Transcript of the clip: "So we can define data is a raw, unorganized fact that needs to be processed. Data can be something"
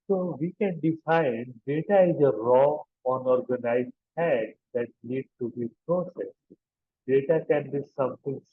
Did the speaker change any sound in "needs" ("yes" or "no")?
yes